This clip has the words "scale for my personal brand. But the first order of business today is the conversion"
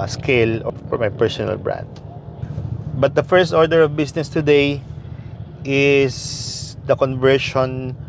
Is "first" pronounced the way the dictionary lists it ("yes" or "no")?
yes